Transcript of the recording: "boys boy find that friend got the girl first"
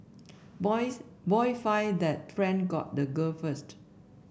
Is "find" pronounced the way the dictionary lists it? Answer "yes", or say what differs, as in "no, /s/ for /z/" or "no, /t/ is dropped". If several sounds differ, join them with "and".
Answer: no, /n/ is dropped